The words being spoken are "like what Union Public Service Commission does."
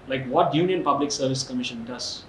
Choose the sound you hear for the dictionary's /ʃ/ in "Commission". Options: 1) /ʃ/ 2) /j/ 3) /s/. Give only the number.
1